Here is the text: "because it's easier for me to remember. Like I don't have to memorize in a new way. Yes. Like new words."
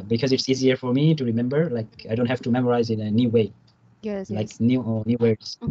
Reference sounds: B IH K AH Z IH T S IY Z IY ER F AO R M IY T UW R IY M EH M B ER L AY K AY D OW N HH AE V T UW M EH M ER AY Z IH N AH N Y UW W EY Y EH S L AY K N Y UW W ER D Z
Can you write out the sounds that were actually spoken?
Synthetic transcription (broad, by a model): B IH K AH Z IH T S IY Z IY ER F AO R M IY T UW R IY M EH M B ER L AY K AY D OW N HH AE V T UW M EH M ER AY Z IH N AH N Y UW W EY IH L AY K N Y UW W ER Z